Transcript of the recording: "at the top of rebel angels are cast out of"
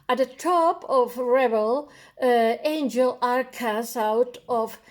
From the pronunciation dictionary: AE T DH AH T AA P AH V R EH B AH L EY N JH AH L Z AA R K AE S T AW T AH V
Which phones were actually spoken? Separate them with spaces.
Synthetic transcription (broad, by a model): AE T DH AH T AA P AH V R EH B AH L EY N JH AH L AA R K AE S AW T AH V